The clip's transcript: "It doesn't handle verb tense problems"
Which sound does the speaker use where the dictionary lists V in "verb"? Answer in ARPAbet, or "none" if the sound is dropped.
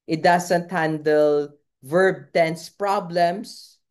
V